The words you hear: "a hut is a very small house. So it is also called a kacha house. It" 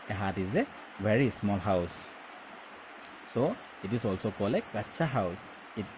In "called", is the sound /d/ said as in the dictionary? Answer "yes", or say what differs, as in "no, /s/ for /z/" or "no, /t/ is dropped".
no, /d/ is dropped